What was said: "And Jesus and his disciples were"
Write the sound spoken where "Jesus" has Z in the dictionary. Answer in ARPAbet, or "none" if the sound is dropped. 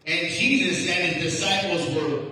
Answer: Z